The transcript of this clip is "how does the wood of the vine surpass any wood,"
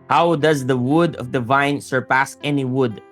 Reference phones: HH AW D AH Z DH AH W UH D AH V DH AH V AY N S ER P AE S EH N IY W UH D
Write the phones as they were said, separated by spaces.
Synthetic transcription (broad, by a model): HH AW D AH Z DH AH W UH D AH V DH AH V AY N S ER P AE S EH N IY W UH D